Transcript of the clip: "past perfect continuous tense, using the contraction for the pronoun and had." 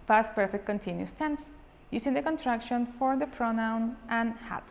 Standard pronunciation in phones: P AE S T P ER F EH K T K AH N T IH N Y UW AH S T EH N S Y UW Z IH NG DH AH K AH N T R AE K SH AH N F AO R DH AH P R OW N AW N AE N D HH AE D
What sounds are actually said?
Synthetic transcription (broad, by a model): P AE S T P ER F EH K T K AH N T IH N Y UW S T EH N S Y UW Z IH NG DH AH K AH N T R AE K SH AH N F AO R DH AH P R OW N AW N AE N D HH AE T